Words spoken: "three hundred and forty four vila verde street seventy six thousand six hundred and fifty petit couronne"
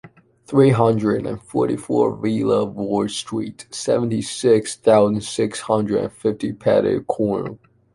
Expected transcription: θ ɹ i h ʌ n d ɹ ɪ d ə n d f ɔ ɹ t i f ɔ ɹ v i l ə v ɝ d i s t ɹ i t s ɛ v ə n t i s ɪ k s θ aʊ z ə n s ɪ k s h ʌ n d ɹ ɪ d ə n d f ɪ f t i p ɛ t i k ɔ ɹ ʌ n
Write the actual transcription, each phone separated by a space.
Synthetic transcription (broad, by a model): θ ɹ i h ʌ n d ɹ ɪ d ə n f ɔ ɹ t i f ɔ ɹ v i l ə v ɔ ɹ s t ɹ i t s ɛ v ə n t i s ɪ k s θ aʊ z ə n s ɪ k s h ʌ n d ɹ ɪ d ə n f ɪ f t i p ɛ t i k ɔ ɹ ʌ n